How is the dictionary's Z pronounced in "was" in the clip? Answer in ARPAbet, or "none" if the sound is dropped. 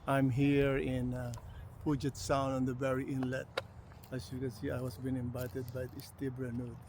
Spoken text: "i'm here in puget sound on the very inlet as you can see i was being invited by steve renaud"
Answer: S